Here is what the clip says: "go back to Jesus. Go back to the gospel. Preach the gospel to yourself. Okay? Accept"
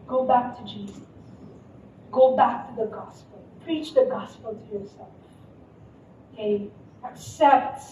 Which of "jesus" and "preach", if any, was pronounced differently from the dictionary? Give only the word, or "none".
none